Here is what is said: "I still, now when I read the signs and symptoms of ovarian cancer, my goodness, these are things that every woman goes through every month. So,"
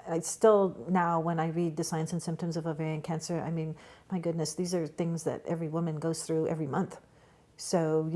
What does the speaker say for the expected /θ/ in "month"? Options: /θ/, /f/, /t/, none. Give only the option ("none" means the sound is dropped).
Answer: /θ/